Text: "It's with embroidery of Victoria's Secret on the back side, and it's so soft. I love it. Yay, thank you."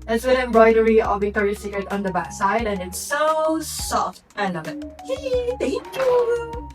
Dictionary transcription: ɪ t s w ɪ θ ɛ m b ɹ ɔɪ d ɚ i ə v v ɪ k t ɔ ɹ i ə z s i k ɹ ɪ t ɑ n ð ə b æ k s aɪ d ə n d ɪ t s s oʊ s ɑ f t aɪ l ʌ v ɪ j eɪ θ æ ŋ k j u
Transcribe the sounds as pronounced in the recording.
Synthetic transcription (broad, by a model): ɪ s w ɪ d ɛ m b ɹ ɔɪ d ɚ i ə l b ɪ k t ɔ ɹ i s i k ɹ ɪ t ɑ n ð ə b æ k s aɪ d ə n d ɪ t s s oʊ s ɑ f t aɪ n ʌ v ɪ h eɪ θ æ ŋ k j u